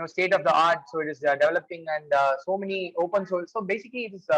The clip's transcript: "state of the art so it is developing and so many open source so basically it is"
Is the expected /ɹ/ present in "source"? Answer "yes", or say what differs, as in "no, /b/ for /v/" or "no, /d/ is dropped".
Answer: no, /l/ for /ɹ/